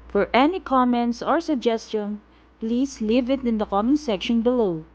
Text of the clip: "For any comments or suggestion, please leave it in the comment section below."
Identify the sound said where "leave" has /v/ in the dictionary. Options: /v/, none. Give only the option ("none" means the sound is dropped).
/v/